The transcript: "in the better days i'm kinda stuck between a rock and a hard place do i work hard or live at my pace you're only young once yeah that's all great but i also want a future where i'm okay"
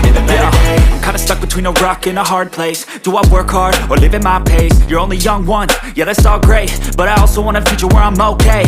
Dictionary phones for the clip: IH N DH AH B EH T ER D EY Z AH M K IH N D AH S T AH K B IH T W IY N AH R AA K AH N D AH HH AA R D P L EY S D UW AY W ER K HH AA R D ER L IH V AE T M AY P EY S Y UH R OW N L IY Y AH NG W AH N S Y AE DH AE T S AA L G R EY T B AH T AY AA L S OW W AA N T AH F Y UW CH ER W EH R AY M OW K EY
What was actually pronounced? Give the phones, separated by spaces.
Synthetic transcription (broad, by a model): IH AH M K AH IH N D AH S T AH K B IH T W IY N AH R AA K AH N AH HH AA R D P L EY S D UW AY W ER K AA R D ER L IH V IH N M AY P EY S Y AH R OW N L IY Y AH NG W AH N Y AE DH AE T S AA L G R EY T B AH T AY AA L S OW W AA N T AH F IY CH ER W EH R AY M OW K EY